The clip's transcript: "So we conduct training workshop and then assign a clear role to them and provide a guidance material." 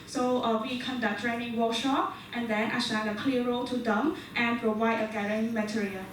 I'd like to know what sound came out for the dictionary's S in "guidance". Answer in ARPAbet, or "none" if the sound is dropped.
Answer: none